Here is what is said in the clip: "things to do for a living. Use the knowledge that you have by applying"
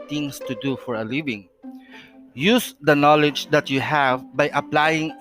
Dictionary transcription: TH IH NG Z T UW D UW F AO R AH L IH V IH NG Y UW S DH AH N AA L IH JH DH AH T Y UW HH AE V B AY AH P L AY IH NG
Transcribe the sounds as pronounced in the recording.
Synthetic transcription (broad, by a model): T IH NG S T UW D UW F AO R AH L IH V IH NG Y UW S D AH N AA L IH JH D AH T Y UW HH AE V B AY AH P L AY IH NG